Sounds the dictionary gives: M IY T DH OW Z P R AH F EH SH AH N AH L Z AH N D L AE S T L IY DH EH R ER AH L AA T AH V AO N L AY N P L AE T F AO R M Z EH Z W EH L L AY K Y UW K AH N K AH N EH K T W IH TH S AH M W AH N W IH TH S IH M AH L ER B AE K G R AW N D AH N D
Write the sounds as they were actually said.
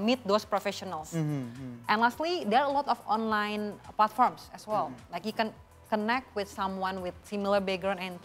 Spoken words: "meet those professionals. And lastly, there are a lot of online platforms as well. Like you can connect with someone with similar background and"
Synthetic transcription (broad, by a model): M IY T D OW S P R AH F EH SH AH N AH L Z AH N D L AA S T L IY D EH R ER AH L AA T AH F AO N L AY N P L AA T F AO R M S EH S W EH L L AY K Y UW K AH N K AH N EH K T W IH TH S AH M W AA N W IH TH S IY M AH L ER B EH G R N AH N